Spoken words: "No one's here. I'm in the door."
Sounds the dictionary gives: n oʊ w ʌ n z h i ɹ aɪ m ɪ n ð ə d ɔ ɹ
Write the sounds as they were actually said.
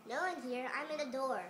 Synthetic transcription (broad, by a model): n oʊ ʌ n h i ɹ aɪ m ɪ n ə d ɔ ɹ